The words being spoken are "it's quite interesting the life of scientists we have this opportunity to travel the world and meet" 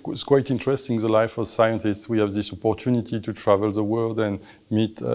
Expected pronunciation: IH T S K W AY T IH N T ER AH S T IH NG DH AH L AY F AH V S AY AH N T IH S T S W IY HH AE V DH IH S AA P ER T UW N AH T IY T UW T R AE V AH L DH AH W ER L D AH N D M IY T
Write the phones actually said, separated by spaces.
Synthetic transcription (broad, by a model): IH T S K W AY T IH N T ER AH S T IH NG DH AH L AY F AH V S AY AH N T IH S T S W IY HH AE V DH IH S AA P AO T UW N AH T IY T UW T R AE V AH L DH AH W ER L D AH N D M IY T